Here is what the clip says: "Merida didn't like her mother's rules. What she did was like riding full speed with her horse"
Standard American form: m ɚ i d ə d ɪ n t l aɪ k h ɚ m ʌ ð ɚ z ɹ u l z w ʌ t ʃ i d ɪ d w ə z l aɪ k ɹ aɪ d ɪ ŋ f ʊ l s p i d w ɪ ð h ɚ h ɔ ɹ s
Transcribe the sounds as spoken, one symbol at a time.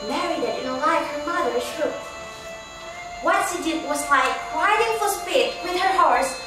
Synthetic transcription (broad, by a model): m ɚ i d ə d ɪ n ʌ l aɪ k h ɚ m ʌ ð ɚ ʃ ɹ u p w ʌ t s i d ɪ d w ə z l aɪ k w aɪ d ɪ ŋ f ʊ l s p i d w ɪ ð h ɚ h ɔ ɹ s